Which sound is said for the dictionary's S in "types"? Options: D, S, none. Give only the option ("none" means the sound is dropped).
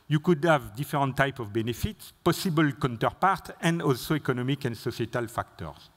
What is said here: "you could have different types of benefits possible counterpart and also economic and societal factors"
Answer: none